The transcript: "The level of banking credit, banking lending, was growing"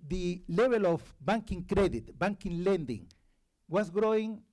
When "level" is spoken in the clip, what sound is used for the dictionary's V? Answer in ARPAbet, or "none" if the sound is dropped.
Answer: B